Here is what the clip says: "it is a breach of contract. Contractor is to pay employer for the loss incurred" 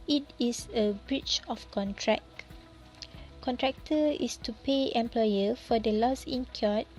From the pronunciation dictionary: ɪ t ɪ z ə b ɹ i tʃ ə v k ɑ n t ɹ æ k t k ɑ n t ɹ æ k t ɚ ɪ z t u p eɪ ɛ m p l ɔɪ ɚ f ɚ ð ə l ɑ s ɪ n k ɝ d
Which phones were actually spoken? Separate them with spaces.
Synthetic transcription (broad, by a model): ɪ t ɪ s ə b ɹ i tʃ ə f k ɑ n t ɹ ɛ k k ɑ n t ɹ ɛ k t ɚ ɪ s t u p eɪ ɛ m p l ɔɪ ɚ f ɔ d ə l ɑ s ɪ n k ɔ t